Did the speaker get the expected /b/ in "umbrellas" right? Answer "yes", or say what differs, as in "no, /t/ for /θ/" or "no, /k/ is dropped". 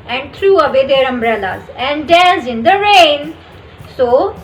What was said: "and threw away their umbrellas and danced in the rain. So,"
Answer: yes